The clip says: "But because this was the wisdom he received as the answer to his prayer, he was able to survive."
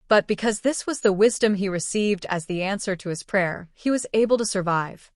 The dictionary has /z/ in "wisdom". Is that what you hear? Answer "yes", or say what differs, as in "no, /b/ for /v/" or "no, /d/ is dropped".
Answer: yes